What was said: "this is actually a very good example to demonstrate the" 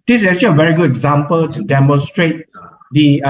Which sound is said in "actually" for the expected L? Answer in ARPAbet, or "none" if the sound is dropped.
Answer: none